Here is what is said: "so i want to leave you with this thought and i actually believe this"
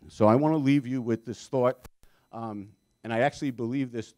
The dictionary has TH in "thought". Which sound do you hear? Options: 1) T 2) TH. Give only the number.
2